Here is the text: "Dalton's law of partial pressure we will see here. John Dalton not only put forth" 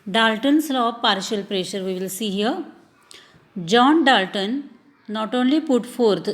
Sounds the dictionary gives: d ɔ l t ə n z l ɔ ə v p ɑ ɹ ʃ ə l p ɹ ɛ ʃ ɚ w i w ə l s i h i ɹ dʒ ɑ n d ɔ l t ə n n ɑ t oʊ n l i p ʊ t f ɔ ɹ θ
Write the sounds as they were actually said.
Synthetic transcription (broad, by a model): d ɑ l t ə n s l ɔ p ɑ ɹ ʃ ə l p ɹ ɛ ʃ ɚ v i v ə l s i h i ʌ dʒ ɑ n d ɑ l t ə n n ɑ t oʊ n l i p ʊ t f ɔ ɹ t